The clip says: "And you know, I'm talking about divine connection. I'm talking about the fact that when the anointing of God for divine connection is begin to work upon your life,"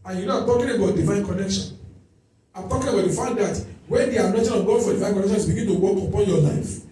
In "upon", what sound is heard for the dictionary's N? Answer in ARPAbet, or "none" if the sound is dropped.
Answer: L